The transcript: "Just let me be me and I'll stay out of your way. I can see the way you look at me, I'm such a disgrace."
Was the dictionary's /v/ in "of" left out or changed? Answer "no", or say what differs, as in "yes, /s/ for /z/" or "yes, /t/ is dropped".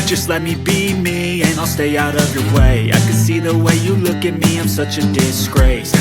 no